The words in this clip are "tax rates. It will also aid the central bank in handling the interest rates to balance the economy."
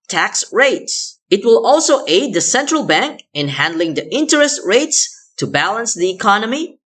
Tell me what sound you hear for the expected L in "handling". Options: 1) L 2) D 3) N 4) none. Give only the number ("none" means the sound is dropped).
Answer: 1